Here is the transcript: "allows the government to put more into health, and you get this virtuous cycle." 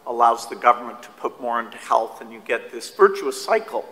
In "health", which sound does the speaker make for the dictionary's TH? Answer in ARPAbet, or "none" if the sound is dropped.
TH